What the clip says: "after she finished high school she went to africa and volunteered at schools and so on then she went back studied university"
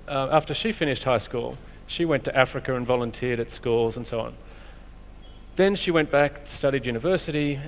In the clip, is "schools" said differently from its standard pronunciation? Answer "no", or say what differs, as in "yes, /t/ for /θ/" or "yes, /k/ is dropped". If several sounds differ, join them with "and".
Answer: no